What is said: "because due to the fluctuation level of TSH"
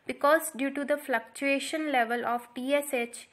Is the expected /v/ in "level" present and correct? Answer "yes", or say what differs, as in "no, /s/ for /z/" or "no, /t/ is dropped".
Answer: yes